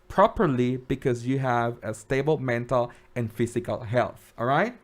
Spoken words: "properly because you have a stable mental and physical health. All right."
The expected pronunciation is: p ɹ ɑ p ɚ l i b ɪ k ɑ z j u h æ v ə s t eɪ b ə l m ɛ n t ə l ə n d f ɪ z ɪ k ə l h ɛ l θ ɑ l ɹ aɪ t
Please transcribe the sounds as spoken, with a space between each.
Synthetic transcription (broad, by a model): p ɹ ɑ p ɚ l i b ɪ k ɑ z j u h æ v ə s t eɪ b ə l m ɛ n t ə l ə n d f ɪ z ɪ k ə l h ɛ l θ ɑ l ɹ aɪ t